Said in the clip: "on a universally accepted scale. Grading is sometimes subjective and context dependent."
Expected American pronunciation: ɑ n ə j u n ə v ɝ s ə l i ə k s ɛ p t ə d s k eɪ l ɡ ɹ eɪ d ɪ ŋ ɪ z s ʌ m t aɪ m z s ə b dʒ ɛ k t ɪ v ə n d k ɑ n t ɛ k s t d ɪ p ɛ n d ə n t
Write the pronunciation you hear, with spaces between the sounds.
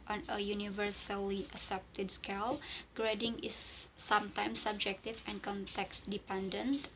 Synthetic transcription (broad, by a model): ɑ n ə j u n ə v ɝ s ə l i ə s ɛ p t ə d s k eɪ l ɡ ɹ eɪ d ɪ ŋ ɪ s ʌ m t aɪ m s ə b dʒ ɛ k t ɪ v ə n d k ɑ n t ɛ k s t d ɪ p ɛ n d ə n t